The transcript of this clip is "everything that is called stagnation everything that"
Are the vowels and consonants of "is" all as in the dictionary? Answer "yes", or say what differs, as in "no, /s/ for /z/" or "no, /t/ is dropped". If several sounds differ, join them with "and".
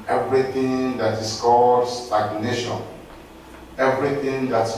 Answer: no, /s/ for /z/